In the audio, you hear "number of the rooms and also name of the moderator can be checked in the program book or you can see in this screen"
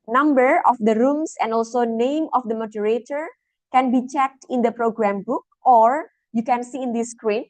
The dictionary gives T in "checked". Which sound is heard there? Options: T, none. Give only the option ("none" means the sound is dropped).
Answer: T